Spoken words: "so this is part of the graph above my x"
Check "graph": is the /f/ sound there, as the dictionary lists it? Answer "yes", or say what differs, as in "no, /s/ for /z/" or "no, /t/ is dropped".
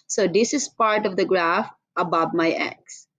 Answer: yes